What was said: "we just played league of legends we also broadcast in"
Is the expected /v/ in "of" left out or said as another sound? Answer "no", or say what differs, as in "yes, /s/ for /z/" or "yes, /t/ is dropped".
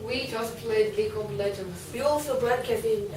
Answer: yes, /p/ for /v/